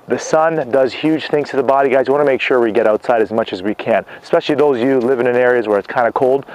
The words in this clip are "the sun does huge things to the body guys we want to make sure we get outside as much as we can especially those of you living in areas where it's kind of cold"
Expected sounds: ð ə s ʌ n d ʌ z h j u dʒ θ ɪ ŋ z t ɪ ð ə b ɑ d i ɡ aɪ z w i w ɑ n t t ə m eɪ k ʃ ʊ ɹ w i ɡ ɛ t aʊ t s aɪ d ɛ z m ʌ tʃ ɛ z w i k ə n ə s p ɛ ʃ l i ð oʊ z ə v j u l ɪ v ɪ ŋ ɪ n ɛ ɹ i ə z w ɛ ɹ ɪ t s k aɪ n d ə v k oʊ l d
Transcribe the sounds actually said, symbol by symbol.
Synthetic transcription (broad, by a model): ð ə s ʌ n d ʌ z h j u dʒ θ ɪ ŋ z t ɪ ð ə b ɑ d i ɡ aɪ z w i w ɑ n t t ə m eɪ k ʃ ʊ ɹ w i ɡ ɛ t aʊ t s aɪ d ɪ z m ʌ tʃ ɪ z w i k ə n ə s p ɛ ʃ l i ð oʊ ə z j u l ɪ v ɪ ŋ ɪ n ɛ ɹ i ə z w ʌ ɹ ɪ t s k aɪ n d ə k oʊ l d